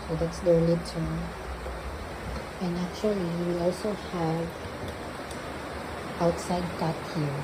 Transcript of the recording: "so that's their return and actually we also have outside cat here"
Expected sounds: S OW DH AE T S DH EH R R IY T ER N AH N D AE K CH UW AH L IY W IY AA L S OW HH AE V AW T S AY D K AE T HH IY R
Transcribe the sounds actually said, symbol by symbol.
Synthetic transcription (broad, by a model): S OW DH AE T S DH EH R L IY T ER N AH N AE K CH UW AH L IY W IY AA L S OW HH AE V AW T S AY D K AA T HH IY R